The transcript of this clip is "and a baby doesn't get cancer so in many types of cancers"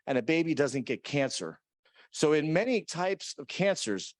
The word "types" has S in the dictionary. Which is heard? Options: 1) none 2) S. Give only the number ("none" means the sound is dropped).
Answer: 2